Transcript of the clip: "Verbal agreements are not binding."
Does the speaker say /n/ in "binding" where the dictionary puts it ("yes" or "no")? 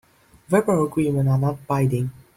no